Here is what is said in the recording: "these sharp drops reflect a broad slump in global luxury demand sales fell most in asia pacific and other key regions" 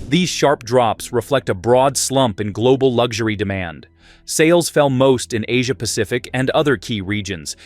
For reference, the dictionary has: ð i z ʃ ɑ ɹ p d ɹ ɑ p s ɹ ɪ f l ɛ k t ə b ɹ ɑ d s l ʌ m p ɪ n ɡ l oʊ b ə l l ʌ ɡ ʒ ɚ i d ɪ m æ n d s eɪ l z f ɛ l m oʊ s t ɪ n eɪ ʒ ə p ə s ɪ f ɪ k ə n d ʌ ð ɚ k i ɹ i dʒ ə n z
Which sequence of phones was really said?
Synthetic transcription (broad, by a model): ð i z ʃ ɑ ɹ p d ɹ ɑ p s ɹ ɪ f l ɛ k t ə b ɹ ɑ d s l ʌ m p ɪ n ɡ l oʊ b l l ʌ ɡ ʒ ɚ i d ɪ m æ n d s eɪ l z f ɛ l m oʊ s t ɪ n eɪ ʒ ə p ə s ɪ f ɪ k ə n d ʌ ð ɚ k i ɹ i dʒ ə n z